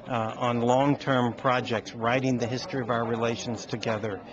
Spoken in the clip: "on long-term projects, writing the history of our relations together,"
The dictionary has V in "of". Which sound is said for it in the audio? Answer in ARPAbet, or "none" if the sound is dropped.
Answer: V